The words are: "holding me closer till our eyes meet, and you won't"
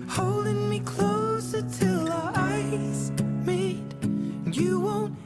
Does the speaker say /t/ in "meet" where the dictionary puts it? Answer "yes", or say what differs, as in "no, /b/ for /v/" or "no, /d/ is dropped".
no, /t/ is dropped